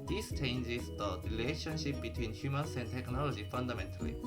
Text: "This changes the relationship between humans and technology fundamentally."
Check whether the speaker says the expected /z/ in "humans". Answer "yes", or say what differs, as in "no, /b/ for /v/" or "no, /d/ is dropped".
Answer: no, /s/ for /z/